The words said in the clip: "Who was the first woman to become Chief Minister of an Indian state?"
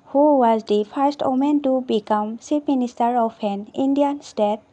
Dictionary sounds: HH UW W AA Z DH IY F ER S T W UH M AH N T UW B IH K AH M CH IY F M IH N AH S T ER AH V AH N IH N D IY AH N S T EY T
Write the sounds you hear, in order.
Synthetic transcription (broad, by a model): HH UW W AA Z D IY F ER S T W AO M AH N T UW B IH K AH M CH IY P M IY N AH S T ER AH P AH N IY N D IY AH N S T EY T